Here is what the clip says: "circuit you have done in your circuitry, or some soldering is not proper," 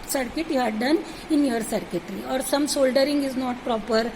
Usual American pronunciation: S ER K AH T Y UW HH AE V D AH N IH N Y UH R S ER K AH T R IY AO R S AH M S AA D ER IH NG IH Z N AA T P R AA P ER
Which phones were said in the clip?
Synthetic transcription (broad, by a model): S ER K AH T Y UW HH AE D D AH N IH N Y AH R S ER K AH T R IY AO R S AH M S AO D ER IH NG IH Z N AA T P R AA P ER